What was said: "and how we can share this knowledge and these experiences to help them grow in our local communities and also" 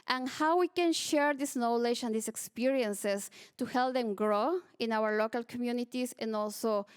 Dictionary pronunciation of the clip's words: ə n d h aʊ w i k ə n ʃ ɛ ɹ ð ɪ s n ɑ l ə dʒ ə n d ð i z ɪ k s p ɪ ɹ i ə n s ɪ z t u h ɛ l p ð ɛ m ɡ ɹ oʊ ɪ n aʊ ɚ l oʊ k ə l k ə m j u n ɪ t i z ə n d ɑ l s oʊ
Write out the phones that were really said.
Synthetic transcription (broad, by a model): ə n h aʊ w i k ə n ʃ ɛ ɹ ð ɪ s n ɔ l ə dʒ ə n d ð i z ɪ k s p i ɹ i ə n s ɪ s t u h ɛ l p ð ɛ m ɡ ɹ oʊ ɪ n aʊ ɚ l oʊ k ə l k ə m j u n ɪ t i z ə n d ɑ l s oʊ